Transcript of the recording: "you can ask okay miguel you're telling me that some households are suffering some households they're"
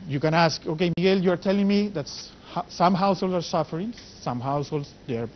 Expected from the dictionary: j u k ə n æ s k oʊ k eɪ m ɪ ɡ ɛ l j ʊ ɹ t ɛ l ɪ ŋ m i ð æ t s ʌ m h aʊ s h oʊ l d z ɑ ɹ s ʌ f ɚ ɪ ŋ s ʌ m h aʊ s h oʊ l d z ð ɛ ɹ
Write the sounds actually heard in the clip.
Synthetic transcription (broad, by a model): j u k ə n æ s k oʊ k eɪ m ɪ ɡ ɛ l j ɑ ɹ t ɛ l ɪ ŋ m i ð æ t s ʌ m h aʊ s h oʊ l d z ɑ ɹ s ʌ f ɚ ɪ ŋ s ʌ m h aʊ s h oʊ l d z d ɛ ɹ